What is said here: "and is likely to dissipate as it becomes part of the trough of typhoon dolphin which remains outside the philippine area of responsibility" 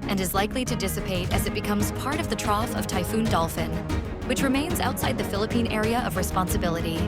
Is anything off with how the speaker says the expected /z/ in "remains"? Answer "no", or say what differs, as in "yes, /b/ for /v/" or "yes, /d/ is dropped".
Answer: no